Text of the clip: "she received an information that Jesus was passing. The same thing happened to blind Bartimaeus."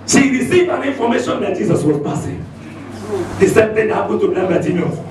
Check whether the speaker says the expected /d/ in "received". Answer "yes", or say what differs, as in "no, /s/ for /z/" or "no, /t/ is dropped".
no, /d/ is dropped